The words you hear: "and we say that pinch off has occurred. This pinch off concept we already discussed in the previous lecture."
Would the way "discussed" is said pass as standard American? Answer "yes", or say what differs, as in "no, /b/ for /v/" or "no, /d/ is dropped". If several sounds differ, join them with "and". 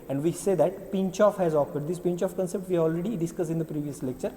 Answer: no, /t/ is dropped